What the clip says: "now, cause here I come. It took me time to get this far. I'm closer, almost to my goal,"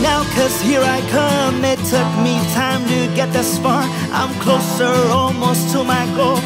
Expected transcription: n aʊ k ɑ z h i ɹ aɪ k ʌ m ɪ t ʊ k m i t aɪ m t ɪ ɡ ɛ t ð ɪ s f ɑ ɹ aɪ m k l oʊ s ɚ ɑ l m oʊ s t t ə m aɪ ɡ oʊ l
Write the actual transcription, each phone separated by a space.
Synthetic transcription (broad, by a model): n aʊ k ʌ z h i ɹ aɪ k ʌ m ɪ t ʊ k m i t aɪ m t ɪ ɡ ɛ t ð ɪ s p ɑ ɹ aɪ m k l oʊ s ɚ ɑ l m oʊ s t t ə m aɪ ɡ oʊ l